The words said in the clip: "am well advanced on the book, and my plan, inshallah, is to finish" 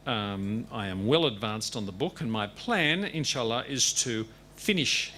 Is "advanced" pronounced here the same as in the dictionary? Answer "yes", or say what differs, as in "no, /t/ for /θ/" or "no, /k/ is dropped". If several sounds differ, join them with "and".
yes